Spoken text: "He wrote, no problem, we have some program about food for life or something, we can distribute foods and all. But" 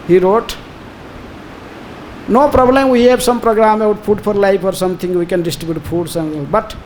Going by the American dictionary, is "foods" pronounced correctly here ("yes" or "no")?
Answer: no